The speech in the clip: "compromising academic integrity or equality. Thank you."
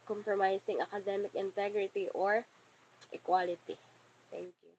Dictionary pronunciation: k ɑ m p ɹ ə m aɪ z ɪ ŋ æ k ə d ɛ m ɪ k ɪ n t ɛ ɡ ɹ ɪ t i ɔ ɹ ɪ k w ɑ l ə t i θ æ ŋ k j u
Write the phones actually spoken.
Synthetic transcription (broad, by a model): k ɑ m p ɹ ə m aɪ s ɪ ŋ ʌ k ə d ɛ m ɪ k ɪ n t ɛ ɡ ɹ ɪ t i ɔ ɹ ɪ k w ɑ l ə t i t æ ŋ k j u